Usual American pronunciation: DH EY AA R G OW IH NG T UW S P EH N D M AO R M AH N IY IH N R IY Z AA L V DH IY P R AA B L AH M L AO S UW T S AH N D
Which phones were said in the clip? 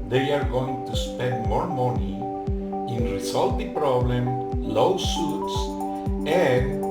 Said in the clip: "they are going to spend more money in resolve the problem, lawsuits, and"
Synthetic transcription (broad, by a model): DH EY AA R G OW IH NG T UW S P EH N D M AO R M AH N IY IH N R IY S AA L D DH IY P R AA B L AH M L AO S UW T S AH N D